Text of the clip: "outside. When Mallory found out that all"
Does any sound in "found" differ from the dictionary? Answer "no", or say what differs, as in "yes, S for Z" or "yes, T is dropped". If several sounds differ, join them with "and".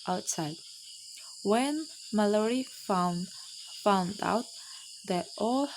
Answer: no